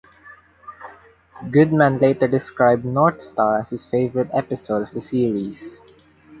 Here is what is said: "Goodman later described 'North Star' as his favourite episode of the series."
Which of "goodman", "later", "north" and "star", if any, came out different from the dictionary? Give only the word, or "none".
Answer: north